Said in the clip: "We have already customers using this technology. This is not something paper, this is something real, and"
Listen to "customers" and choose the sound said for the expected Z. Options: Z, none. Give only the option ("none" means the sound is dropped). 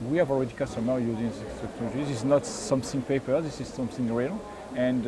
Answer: none